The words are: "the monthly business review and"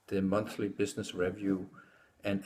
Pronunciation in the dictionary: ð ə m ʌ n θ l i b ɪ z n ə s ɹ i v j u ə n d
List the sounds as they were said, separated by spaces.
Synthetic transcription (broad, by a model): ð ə m ʌ n θ l i b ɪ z n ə s ɹ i v j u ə n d